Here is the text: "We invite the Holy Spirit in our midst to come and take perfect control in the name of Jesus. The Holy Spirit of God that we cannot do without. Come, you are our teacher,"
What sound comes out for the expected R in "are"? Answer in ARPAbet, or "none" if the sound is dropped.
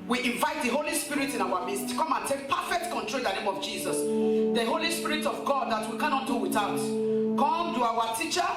W